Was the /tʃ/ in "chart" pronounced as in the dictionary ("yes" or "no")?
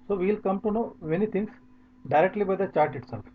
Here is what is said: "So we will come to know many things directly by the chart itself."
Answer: yes